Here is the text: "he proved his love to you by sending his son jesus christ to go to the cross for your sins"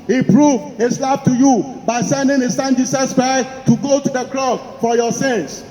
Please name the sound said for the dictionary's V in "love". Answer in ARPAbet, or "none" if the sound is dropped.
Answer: B